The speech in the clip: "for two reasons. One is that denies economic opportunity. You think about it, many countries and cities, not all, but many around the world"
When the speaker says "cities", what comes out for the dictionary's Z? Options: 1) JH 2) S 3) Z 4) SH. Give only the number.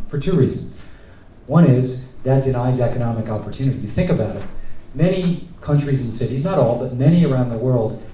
3